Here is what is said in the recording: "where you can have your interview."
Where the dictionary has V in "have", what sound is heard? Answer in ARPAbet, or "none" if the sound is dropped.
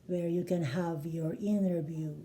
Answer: V